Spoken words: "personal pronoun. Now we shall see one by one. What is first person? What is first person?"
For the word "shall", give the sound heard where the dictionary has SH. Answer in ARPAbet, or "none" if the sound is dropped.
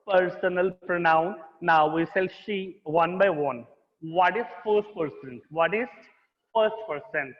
S